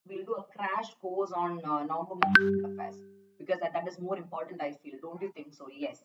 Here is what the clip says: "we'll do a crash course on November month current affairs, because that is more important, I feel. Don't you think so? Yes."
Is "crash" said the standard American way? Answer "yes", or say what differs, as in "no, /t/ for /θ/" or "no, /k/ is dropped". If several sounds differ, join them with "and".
yes